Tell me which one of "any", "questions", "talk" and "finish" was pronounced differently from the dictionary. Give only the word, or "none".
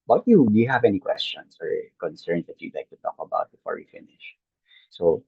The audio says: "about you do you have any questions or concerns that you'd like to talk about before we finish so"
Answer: questions